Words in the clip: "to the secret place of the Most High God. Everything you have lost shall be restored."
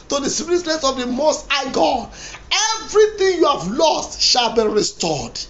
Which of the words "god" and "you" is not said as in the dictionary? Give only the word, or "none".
god